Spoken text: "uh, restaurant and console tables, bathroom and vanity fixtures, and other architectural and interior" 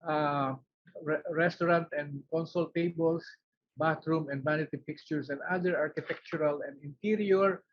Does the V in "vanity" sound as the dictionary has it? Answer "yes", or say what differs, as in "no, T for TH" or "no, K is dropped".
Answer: no, B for V